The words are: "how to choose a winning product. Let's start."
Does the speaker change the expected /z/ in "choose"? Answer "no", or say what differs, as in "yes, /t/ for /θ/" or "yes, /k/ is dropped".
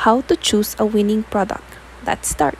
yes, /s/ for /z/